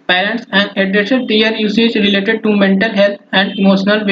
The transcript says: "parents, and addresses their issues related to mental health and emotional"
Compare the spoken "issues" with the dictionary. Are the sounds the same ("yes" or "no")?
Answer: no